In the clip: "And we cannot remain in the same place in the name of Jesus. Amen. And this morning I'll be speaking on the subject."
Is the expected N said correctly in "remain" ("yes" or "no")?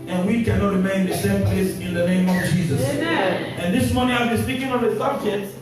no